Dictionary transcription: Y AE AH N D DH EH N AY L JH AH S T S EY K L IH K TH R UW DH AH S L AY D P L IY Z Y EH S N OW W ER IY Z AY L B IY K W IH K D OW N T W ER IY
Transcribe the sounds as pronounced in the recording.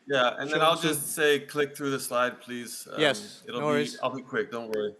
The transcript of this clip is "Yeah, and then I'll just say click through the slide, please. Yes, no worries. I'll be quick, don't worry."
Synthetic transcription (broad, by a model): Y AE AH N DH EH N AY L JH AH S T S EY K L IH K TH R UW DH AH S L AY D P L IY Z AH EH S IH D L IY AY L B IY K W IH K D OW N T W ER IY